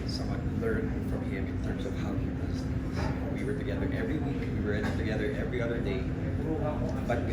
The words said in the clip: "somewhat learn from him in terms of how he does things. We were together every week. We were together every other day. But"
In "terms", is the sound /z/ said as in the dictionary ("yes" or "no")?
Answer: yes